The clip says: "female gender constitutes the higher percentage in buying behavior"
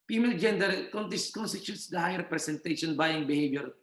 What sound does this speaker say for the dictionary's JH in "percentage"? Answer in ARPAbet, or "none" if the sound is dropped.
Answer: SH